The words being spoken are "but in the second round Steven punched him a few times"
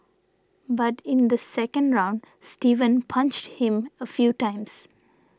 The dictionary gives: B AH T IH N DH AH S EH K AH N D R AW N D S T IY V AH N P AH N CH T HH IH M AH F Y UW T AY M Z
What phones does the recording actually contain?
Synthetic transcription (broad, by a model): B AH T IH N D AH S EH K AH N D R AW N D S T IY V AH N P AH N CH T HH IH M AH F Y UW T AY M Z